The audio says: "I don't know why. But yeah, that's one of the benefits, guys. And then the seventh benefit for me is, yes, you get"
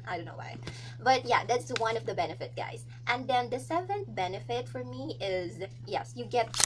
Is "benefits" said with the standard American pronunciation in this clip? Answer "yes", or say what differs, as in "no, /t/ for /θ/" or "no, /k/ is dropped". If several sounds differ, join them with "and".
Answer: no, /s/ is dropped